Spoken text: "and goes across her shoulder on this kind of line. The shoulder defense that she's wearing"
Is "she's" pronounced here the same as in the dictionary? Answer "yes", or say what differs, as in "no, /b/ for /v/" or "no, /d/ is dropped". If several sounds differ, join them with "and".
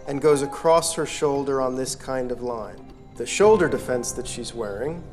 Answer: yes